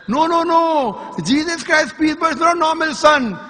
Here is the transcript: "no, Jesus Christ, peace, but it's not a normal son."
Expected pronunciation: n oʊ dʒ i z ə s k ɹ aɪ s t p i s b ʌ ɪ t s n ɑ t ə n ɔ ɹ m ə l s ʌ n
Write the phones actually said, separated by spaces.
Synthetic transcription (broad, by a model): n oʊ dʒ i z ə s k ɹ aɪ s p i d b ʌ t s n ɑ ə n ɔ ɹ m ə l s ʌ n